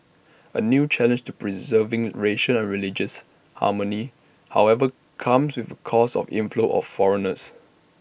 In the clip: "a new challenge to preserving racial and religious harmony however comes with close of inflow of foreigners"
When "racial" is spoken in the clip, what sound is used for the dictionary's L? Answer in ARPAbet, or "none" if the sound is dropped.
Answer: N